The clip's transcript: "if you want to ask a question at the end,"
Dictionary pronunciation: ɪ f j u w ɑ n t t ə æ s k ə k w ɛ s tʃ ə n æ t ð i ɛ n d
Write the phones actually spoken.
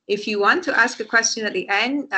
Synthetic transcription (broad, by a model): ɪ f j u w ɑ n t t æ s k ə k w ɛ s tʃ ə n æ t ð i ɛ n d